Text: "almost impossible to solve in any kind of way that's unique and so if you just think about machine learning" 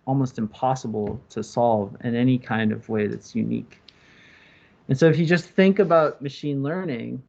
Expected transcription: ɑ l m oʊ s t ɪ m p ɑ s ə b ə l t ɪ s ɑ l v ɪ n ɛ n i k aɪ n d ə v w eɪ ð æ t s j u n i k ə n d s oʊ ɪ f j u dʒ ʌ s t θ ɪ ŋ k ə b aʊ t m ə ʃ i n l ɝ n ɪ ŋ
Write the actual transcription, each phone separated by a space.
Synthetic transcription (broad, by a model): ɑ l m oʊ s t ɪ m p ɑ s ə b l t ɪ s ɑ l v ɪ n ɛ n i k aɪ n d ə v w eɪ ð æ t s j u n i k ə n s oʊ ɪ f j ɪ dʒ ʌ s θ ɪ ŋ k ə b aʊ t m ə ʃ i n l ɝ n ɪ ŋ